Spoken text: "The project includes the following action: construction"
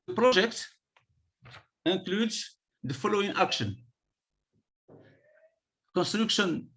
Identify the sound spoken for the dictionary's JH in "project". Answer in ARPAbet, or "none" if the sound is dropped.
ZH